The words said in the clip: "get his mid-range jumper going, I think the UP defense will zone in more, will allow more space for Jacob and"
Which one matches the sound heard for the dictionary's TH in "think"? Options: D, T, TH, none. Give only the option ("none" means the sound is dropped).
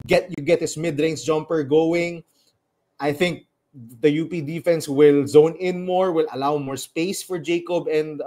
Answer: TH